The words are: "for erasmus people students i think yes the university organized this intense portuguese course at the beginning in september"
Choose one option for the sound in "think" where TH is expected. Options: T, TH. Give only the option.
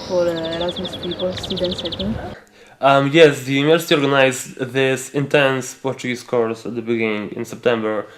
T